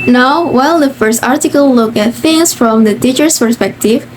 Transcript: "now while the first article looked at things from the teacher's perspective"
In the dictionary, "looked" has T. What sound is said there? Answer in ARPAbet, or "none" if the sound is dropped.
none